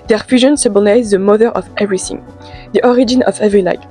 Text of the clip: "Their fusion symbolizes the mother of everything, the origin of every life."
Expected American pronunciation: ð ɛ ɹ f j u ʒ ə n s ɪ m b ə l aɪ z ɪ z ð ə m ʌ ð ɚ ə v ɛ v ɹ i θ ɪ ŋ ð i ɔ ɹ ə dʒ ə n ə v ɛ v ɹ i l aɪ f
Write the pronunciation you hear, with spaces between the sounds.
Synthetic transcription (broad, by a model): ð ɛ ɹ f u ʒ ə n s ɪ b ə n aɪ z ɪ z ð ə m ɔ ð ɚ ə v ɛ v ɹ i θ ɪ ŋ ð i ɔ ɹ ə dʒ ə n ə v ɛ v ɹ i l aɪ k